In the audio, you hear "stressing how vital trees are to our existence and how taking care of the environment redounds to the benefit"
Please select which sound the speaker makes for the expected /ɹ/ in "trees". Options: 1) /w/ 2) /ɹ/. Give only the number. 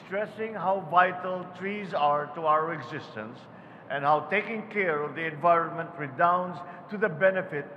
2